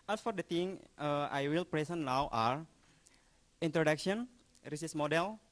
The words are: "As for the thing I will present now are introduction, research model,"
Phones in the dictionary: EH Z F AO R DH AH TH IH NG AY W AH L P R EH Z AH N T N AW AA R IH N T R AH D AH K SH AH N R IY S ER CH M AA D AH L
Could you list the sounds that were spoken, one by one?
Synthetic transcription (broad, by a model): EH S F AO R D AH T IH NG AY W AH L P R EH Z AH N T N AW AA R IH N T R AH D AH K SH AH N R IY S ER S M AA D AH L